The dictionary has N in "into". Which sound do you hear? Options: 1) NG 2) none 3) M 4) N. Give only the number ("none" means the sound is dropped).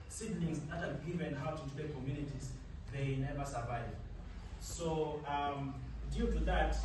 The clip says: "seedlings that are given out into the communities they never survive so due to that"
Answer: 2